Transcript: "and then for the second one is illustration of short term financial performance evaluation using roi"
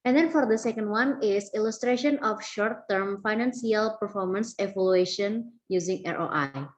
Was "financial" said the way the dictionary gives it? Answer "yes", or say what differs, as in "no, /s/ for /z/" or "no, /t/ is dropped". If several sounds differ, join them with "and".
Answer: no, /s/ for /ʃ/